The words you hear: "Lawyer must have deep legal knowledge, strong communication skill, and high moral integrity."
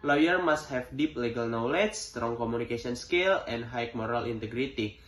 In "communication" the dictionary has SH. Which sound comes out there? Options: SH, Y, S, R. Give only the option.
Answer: S